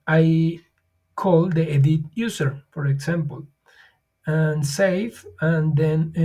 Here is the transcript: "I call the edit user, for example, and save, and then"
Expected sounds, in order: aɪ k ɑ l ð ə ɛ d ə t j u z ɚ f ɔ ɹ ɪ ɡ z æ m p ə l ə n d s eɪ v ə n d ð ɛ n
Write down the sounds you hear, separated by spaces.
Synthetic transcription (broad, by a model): aɪ k ɑ l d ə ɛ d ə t j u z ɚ f ɔ ɹ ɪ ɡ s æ m p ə l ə n s eɪ f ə n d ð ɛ n